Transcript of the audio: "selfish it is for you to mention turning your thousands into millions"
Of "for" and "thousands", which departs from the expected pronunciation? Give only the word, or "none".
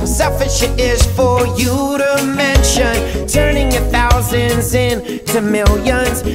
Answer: none